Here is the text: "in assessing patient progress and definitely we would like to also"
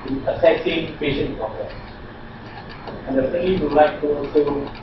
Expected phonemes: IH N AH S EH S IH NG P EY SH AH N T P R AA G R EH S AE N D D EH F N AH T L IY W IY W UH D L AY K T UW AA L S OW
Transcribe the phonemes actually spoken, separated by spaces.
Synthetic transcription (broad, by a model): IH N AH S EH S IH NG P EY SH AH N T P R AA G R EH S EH N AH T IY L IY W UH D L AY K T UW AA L S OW